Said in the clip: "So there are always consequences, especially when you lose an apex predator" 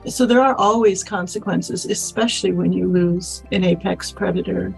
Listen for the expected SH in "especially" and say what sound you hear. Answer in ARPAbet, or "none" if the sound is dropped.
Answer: SH